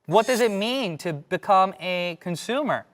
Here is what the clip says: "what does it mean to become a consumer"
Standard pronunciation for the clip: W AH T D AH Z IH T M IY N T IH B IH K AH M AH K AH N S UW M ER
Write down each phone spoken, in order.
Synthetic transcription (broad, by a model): W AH T D AH Z IH T M IY N T IH B IH K AH M AH K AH N S UW M ER